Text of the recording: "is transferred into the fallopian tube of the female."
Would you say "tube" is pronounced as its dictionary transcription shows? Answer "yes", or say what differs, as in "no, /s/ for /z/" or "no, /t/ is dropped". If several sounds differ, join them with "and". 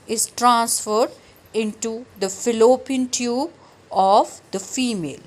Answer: yes